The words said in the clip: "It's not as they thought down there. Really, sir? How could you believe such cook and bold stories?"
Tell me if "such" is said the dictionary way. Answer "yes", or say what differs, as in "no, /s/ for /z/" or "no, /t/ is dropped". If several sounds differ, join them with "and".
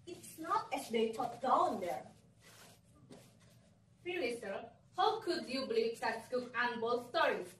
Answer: no, /s/ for /tʃ/